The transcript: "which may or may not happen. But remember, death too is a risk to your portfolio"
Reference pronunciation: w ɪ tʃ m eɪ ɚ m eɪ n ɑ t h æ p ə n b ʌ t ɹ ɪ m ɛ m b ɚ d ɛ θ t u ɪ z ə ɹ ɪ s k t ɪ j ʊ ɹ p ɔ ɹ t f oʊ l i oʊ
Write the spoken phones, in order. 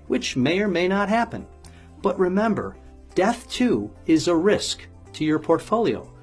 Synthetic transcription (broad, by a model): w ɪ tʃ m eɪ ɚ m eɪ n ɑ t h æ p ə n b ʌ t ɹ ɪ m ɛ m b ɚ d ɛ θ t u ɪ z ə ɹ ɪ s k t ɪ j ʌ ɹ p ɔ ɹ t f oʊ l i oʊ